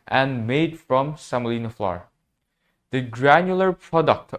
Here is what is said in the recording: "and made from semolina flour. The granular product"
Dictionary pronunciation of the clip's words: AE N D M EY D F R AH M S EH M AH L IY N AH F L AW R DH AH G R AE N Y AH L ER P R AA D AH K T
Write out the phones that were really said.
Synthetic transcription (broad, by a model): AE N M EY D F R AH M S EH M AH L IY N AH F L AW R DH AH G R AE N Y AH L ER P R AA D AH K T